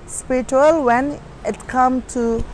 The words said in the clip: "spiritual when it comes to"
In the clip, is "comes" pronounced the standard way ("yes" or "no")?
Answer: no